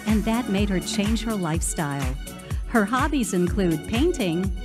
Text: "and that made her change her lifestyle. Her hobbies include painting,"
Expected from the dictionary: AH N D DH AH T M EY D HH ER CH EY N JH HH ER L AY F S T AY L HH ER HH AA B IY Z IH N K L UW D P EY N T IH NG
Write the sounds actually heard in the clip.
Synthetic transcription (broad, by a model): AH N DH AH T M EY D HH ER CH EY N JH HH ER L AY F S T AY L HH ER HH AA B IY Z IH N K L UW D P EY N T IH NG